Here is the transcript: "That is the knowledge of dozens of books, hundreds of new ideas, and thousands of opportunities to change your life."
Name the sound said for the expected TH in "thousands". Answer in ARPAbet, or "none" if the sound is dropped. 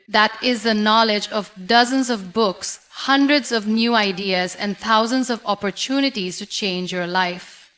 T